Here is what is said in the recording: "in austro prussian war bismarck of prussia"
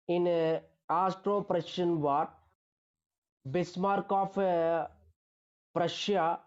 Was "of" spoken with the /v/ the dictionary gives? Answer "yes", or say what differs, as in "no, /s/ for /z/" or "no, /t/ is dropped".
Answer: no, /p/ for /v/